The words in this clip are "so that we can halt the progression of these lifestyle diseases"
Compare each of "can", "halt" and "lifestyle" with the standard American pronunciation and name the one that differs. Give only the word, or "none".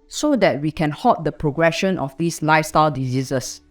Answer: halt